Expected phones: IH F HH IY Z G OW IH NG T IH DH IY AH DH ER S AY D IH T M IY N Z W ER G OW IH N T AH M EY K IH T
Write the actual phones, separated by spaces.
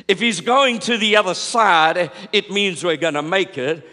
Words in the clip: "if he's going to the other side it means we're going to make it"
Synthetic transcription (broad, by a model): IH F HH IY Z G OW IH NG T IH DH IY AH DH ER S AY D IH T M IY N Z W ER G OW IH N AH M EY K IH T